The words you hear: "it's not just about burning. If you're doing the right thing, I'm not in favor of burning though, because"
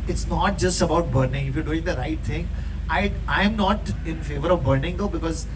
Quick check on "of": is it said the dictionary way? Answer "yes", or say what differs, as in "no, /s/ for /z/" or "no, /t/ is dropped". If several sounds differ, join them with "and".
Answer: yes